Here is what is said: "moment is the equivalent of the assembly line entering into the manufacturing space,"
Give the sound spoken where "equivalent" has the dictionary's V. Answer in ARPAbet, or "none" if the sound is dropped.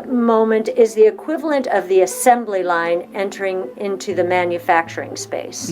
V